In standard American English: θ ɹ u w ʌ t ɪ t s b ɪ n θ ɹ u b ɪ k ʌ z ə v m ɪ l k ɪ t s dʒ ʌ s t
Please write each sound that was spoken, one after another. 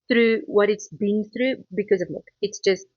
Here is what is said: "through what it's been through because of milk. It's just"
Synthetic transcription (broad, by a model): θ ɹ u w ʌ t ɪ t s b ɪ n θ ɹ u b ɪ k ʌ z ə v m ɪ k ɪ t s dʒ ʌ s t